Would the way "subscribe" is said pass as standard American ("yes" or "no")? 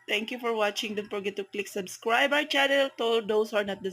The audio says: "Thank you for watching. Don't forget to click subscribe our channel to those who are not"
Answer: yes